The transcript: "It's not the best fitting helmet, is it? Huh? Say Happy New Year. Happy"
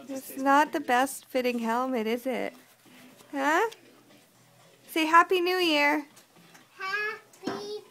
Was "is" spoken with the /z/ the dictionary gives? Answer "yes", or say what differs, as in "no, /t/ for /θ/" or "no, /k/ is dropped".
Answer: yes